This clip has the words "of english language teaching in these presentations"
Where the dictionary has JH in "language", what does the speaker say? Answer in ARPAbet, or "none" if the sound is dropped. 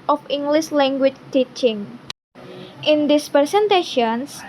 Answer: CH